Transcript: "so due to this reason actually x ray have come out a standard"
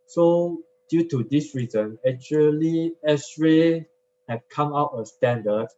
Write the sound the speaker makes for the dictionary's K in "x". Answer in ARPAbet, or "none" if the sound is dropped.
none